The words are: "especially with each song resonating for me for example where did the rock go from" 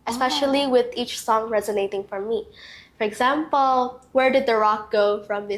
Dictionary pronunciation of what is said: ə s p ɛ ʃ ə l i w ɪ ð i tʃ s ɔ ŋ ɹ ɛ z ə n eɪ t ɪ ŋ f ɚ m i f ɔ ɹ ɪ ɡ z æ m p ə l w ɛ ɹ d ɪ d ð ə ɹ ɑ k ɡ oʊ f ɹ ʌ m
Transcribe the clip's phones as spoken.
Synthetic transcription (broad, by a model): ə s p ɛ ʃ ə l i w ɪ ð i tʃ s ɔ ŋ ɹ ɛ z ə n eɪ t ɪ ŋ f ɚ m i f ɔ ɹ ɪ ɡ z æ m p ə l w ɛ ɹ d ɪ d ð ə ɹ ɑ k ɡ oʊ f ɹ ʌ m